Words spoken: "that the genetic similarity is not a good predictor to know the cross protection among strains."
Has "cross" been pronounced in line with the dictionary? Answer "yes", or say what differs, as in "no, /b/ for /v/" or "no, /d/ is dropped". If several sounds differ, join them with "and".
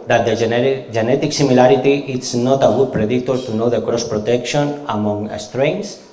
yes